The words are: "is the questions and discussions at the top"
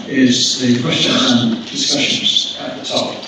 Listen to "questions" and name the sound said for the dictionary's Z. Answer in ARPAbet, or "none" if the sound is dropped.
none